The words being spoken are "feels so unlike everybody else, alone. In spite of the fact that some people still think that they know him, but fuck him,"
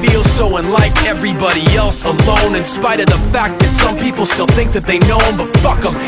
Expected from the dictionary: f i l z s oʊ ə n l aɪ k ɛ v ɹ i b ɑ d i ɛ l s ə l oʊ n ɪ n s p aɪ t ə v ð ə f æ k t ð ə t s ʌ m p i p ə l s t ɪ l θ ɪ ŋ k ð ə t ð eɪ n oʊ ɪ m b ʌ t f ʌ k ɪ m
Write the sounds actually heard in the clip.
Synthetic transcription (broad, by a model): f i l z s oʊ ə n l aɪ k ɛ v ɹ i b ɑ d i ɛ l s ə l oʊ n ɪ n s p aɪ t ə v ð ə f æ k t ð ə t s ʌ m p i p l s t ɪ l θ ɪ ŋ k ð ə t ð eɪ n oʊ ɪ m b ʌ t f ʌ k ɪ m